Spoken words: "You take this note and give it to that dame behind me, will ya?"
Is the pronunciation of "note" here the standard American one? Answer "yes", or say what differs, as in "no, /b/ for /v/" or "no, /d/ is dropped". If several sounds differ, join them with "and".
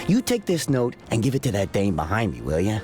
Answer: yes